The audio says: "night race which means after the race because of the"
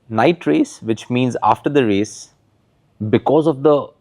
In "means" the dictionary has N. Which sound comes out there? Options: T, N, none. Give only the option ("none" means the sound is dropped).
N